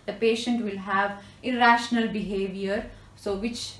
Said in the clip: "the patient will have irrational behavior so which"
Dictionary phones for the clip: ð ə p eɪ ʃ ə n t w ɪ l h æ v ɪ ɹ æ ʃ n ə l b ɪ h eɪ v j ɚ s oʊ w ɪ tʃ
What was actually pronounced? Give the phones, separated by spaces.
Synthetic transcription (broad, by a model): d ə p eɪ ʃ ə n t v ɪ l h æ v ɪ ɹ æ ʃ n ə l b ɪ h eɪ v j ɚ s oʊ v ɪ tʃ